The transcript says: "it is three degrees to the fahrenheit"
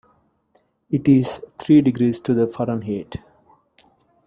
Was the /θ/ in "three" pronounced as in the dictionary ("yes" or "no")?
no